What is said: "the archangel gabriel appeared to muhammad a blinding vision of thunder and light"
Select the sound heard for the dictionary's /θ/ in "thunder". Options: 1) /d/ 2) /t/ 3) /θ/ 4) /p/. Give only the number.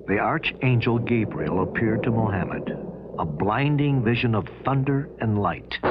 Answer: 3